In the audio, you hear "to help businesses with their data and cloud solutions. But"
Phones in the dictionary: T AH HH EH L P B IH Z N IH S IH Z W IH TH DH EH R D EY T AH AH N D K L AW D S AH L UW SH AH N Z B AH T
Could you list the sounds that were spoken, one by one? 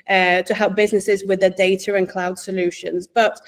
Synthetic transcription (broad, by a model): T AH HH EH L P B IH Z N IH S IH Z W IH DH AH D EY T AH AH N K L AW D S AH L UW SH AH N Z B AH T